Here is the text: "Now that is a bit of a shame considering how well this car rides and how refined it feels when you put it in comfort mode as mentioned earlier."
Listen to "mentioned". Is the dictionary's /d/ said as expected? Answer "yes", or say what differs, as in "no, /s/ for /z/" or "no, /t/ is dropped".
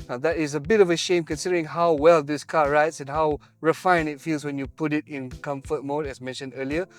yes